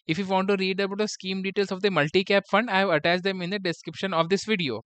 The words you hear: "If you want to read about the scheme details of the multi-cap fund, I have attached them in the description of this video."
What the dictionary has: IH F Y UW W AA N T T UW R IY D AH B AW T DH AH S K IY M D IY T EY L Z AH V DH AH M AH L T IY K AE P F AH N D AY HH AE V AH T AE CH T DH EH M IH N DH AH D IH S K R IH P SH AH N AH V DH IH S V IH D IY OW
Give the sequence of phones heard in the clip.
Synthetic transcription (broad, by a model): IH F Y UW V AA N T T UW R IY D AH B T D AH S K IY M D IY T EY L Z AH V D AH M AH L T IY K AE P F AH N D AY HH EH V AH T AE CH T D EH M IH N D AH D IH S K R IH P SH AH N AH V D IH S V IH D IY OW